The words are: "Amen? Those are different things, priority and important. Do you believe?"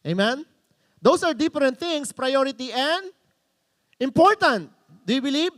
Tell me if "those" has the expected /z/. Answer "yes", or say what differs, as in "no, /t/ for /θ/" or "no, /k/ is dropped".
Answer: no, /s/ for /z/